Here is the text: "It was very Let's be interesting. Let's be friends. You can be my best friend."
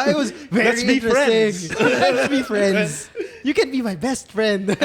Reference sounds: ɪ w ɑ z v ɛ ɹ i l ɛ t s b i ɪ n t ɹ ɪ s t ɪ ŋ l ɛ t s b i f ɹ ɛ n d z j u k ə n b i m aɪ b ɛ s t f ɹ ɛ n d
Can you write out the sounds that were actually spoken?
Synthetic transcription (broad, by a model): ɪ w ɑ z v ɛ l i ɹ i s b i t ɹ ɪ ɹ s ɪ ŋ l ɛ t s b i f ɹ ɛ n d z j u k ə n b i m aɪ b ɛ s t f ɹ ɛ n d